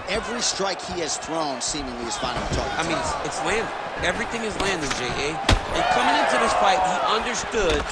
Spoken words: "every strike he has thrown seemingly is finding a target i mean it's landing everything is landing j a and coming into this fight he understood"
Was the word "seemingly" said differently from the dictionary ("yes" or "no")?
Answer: no